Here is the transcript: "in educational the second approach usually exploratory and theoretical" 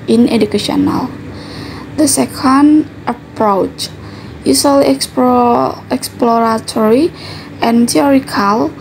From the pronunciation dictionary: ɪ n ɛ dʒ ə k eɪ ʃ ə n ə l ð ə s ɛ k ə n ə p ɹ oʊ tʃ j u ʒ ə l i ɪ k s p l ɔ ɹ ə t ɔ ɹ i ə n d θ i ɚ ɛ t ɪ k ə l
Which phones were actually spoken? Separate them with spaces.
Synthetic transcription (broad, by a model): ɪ n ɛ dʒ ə k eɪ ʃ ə n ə l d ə s ɛ k ə n ə p ɹ oʊ tʃ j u s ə l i ɪ k s p l ɔ ɹ ə t ɔ ɹ i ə n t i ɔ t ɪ k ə l